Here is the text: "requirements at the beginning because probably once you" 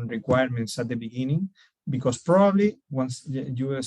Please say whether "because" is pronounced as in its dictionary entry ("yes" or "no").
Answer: no